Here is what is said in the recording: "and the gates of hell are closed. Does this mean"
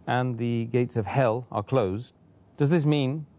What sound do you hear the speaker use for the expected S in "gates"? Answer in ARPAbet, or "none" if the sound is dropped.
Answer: S